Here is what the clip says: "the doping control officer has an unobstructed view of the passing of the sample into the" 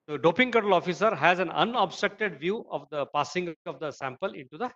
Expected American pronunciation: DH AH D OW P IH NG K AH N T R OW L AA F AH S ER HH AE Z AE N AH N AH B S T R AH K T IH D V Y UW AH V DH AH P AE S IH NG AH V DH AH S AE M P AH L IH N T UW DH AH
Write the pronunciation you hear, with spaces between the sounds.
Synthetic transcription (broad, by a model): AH D OW P IH NG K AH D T OW L AA F AH S ER HH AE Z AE N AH N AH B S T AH K T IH D V Y UW AH V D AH P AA S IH NG AH V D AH S AE M P AH L IH N T UW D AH